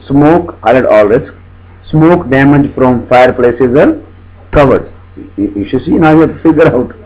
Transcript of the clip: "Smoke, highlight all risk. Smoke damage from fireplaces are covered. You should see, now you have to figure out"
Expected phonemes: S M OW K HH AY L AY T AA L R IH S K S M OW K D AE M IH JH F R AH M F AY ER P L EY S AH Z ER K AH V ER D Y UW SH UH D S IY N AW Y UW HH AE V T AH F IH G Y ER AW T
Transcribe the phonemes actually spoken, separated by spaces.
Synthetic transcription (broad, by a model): S M OW K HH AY AH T AA L R IH S K S M OW K D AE M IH JH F R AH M F AY ER P L EY S AH Z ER K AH V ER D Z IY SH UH S IY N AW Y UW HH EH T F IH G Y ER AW T